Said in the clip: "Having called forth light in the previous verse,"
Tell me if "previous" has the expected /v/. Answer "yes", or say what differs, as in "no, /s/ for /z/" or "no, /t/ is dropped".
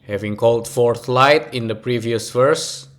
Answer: yes